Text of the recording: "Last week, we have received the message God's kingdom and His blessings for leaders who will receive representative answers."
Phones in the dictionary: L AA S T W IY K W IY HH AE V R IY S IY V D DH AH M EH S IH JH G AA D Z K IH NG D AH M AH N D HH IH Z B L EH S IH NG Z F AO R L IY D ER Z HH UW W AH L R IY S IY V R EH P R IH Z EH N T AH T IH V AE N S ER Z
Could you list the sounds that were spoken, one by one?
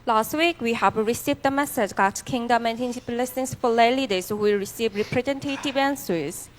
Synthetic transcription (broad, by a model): L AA S T W IY K W IY HH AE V R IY S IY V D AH M EH S IH JH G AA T K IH NG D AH M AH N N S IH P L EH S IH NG S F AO L L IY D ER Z HH UW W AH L R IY S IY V R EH P R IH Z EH N T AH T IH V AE N S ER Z